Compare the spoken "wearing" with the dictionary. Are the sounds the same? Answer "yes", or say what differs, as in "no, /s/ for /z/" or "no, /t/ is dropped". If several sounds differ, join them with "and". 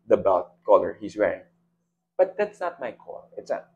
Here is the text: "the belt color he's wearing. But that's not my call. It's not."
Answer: no, /ɹ/ is dropped